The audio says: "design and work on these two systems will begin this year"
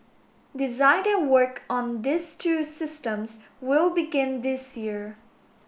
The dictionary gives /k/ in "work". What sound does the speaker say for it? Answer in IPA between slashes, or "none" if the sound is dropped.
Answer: /k/